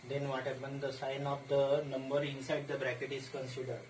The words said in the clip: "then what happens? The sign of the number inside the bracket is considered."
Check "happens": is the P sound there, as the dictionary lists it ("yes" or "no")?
no